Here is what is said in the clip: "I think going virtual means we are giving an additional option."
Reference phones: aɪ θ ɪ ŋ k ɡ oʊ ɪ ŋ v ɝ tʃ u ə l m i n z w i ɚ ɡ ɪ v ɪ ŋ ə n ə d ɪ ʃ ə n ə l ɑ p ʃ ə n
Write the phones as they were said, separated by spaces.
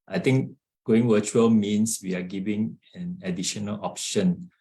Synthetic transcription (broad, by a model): aɪ t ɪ ŋ k ɡ oʊ ɪ ŋ w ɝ tʃ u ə l m i n s w i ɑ ɡ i v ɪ ŋ ə n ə d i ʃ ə n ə l ɑ p ʃ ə n